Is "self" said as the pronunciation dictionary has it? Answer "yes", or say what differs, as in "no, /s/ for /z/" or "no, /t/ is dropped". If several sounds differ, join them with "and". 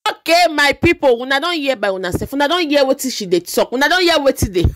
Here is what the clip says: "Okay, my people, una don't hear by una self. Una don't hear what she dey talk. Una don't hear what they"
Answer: no, /l/ is dropped